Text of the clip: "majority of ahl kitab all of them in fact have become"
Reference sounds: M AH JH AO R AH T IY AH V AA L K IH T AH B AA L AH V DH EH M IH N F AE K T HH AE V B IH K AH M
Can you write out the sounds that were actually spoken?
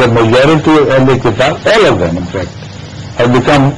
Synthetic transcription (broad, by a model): M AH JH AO R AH T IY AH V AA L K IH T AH AA L AH V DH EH M IH N F AE K T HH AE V B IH K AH M